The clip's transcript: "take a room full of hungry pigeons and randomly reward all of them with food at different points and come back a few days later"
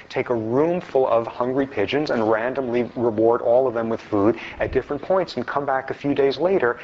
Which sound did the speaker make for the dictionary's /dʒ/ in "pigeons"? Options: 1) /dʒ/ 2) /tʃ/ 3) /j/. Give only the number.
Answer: 1